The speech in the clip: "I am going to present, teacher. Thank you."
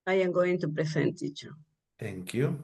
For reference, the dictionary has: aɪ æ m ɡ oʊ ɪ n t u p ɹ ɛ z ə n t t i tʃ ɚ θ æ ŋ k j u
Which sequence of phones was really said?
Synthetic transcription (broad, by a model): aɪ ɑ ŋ ɡ oʊ ɪ n t u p ɹ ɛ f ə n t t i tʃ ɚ t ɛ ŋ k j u